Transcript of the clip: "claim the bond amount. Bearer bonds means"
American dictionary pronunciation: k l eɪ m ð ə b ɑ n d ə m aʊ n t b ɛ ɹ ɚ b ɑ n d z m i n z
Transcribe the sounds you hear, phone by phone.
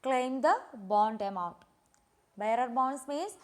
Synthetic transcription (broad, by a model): k l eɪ m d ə b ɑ n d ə m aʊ t b ɛ ɹ ɚ b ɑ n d s m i n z